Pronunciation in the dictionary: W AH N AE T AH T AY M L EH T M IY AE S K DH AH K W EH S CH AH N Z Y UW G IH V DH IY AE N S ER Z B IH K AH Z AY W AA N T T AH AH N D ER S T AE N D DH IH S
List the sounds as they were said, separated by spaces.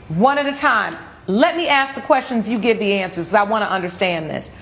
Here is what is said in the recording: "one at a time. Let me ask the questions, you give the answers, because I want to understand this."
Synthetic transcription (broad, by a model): W AH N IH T AH T AY M L EH T M IY AE S K DH AH K W EH S CH AH N Z Y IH G IH V DH IY AE N S ER Z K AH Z AY W AA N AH T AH AH N D ER S T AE N DH IH S